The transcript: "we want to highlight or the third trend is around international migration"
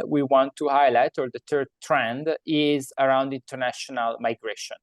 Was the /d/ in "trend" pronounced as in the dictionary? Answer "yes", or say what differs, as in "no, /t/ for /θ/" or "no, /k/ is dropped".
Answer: yes